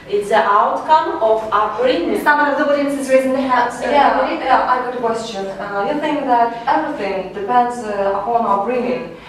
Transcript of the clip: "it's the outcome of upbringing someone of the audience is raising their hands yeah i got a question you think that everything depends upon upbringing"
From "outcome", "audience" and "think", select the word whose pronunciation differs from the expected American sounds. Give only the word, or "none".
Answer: audience